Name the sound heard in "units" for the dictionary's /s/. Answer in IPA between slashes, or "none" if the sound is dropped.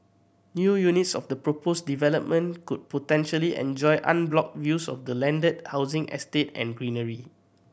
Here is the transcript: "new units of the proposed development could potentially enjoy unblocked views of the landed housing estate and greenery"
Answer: /s/